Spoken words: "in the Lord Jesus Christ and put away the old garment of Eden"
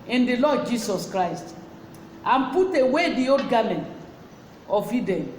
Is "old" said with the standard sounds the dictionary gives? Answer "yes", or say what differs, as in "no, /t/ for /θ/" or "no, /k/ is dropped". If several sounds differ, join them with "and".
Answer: no, /l/ is dropped